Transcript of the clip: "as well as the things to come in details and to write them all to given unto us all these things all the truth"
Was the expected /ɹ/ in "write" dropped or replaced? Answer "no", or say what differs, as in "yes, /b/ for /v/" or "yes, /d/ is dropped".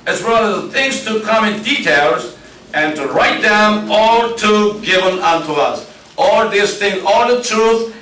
no